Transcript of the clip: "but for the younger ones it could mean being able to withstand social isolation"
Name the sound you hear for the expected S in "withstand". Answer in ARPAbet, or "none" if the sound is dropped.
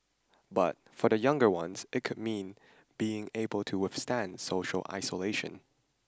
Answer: S